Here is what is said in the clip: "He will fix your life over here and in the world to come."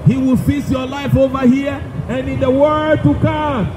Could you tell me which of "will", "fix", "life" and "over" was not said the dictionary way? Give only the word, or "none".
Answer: fix